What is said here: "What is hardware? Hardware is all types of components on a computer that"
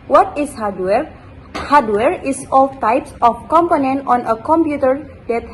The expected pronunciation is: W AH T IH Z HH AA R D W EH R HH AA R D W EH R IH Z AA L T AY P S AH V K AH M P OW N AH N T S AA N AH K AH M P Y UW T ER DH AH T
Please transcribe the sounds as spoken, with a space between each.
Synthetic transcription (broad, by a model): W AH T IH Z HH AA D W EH R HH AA D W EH R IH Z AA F T AY P S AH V K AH M P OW N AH N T AA N AH K AH M P Y UW T ER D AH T